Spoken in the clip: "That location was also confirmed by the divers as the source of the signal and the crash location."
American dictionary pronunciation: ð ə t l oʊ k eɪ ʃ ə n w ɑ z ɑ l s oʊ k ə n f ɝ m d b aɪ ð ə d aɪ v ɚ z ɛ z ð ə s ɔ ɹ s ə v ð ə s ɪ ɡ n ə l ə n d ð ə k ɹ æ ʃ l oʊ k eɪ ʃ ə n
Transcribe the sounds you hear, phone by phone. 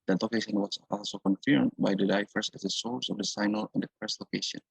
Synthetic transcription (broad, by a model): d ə t l oʊ k eɪ ʃ ə n w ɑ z ɑ l s oʊ k ə n f ɝ m d b aɪ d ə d aɪ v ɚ s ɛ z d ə s ɔ ɹ s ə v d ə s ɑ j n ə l ə n d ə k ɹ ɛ s l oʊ k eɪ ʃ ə n